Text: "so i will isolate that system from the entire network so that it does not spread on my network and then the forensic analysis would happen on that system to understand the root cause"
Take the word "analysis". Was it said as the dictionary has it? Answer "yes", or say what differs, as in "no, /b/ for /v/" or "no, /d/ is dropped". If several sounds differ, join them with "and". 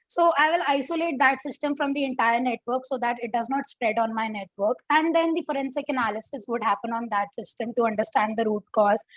yes